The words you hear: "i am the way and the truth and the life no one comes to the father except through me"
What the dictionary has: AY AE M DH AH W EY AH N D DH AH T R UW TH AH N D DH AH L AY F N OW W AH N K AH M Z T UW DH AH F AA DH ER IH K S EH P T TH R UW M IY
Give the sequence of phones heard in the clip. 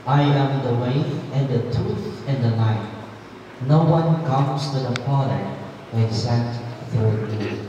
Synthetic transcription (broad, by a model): AY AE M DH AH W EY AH N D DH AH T UW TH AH N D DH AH N AY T N OW W AH N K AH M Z T UW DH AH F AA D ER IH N S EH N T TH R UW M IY